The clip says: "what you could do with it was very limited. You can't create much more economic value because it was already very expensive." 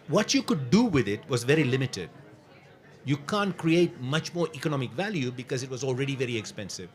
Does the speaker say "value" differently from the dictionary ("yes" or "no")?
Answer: no